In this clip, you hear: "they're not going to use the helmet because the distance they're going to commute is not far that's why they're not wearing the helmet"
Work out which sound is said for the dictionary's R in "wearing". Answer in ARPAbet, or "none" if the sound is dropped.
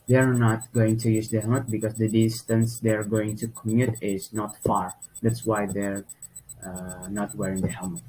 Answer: R